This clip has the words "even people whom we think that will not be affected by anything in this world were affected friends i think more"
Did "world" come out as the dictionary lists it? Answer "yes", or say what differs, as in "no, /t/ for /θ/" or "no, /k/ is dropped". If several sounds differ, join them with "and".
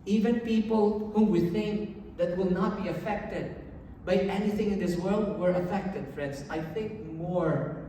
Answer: yes